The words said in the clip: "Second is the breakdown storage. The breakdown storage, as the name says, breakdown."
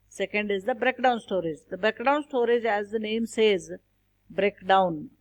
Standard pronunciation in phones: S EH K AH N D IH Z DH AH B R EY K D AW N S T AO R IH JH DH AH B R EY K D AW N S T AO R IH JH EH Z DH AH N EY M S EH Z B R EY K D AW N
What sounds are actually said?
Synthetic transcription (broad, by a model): S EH K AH N D IH Z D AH B R EY K D AW N S T AO R IH JH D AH B R EY K D AW N S T AO R IH JH EH Z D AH N EY M S EH Z B R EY K D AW N